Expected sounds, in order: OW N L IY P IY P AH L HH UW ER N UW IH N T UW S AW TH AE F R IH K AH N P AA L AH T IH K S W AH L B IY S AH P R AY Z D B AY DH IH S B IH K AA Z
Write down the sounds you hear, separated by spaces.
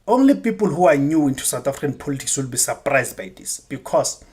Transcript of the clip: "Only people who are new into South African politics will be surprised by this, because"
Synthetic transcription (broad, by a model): OW N L IY P IY P AH L HH UW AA N UW IH N T UW S AW T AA F R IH K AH N P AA L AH T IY K S W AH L B IY S AH P R AY Z D B AY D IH S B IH K AA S